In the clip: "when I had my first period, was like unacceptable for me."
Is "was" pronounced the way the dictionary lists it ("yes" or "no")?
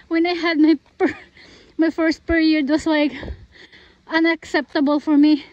no